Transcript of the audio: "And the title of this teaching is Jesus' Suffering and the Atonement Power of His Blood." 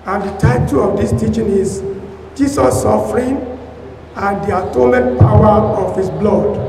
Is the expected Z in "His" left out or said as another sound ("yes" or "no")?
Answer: yes